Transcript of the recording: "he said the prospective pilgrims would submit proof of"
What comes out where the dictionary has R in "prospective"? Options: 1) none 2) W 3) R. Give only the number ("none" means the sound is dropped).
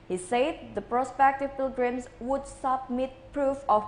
3